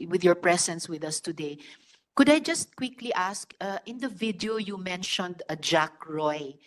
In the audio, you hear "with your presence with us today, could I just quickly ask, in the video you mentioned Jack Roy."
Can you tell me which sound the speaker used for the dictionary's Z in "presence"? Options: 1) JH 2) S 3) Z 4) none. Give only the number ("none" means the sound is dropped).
2